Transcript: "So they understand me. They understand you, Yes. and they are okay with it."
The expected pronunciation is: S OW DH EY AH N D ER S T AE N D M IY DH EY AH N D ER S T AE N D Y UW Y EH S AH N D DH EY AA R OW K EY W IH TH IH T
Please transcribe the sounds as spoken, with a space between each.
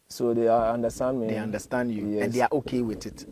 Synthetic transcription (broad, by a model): S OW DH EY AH N D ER S T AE N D M IY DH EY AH N D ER S T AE N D Y UW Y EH AH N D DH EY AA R OW K EY W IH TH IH T